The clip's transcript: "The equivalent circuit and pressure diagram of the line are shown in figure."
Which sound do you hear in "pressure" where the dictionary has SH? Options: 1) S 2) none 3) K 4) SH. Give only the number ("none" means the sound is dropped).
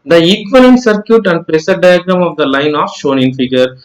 1